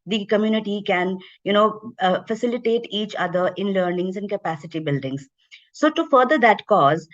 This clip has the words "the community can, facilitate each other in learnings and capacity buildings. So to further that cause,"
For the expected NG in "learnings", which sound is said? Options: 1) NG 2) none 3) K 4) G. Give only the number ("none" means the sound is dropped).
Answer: 1